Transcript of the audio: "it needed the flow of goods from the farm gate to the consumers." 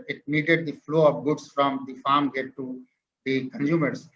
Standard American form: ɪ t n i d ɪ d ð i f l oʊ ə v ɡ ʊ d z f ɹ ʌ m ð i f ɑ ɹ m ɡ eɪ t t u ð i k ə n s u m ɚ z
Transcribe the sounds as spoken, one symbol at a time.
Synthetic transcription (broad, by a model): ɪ t n i d ɪ d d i f l oʊ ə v ɡ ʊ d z f ɹ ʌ m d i f ɑ ɹ m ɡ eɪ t t u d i k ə n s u m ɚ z